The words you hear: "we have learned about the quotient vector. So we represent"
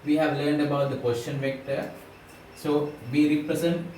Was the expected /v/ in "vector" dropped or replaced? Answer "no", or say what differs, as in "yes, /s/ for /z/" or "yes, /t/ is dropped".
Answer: no